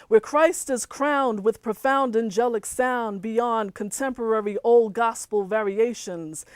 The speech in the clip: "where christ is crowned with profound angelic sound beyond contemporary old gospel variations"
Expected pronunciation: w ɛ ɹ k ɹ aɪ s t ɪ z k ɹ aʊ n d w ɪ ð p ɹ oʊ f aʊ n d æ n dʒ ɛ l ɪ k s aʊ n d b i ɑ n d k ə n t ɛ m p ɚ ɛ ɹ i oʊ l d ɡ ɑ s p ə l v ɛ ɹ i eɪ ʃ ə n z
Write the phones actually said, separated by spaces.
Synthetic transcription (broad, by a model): w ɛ ɹ k ɹ aɪ s t ɪ z k ɹ aʊ n d w ɪ ð p ɹ oʊ f aʊ n d æ n dʒ ɛ l ɪ k s aʊ n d b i ɑ n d k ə n t ɛ m p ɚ ɛ ɹ i oʊ l d ɡ ɑ s p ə l v ɛ ɹ i eɪ ʃ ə n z